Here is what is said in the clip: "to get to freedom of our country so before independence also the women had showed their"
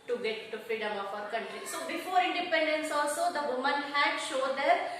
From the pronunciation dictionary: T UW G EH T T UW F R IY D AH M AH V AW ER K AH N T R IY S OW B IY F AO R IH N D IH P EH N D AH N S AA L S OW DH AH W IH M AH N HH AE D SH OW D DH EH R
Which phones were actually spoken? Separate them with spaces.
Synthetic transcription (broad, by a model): T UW G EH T T UW F R IY D AH M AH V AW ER K AH N T R IY S OW B IY F AO R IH N D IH P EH N D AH N S AA L S OW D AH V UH M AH N HH AE D SH OW D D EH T